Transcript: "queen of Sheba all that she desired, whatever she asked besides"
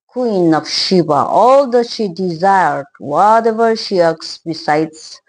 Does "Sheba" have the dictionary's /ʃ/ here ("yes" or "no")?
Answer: yes